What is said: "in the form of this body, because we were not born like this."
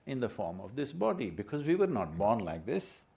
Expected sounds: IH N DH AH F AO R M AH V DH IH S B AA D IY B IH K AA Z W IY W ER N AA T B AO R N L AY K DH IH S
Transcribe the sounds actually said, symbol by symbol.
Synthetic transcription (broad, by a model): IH N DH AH F AO R M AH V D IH S B AA D IY B IH K AA Z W IY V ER N AA T B AO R N L AY K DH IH S